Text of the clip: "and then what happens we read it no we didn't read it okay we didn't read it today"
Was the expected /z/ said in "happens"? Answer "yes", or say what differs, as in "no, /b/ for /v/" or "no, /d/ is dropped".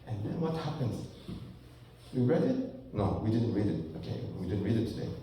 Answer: no, /s/ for /z/